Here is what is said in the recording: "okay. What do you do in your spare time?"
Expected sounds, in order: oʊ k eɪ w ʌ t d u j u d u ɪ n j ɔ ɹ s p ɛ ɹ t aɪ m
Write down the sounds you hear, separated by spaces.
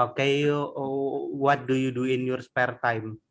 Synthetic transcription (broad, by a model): oʊ k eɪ w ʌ t d u j u d u ɪ n j ɔ ɹ s p ɛ ɹ t aɪ m